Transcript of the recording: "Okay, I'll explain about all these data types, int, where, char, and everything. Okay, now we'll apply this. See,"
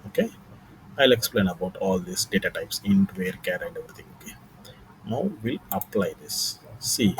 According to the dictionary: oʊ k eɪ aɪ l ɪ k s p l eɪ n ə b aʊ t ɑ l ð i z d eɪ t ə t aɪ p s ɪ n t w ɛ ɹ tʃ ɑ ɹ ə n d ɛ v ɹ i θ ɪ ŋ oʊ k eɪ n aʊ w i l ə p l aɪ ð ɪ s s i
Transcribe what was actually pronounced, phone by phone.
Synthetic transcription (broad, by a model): oʊ k eɪ aɪ l ɪ k s p l eɪ n ə b aʊ t ɑ l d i s d eɪ t ə t aɪ p s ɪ n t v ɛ ɹ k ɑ ɹ ə n d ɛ v ɹ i t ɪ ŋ oʊ k eɪ n aʊ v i l ə p l aɪ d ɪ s s i